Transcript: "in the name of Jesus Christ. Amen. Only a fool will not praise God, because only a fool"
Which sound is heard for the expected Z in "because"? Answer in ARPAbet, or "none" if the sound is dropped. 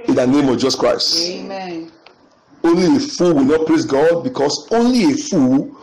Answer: S